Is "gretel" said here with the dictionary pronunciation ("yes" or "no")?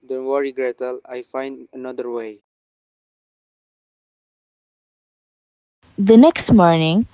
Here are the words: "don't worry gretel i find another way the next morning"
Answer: yes